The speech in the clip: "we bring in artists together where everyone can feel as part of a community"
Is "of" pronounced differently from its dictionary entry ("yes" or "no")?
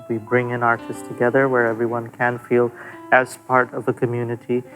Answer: no